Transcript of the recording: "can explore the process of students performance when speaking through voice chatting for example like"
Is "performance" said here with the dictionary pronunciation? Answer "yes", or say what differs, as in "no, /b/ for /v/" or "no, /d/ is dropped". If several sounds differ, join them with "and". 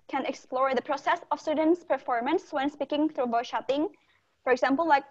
yes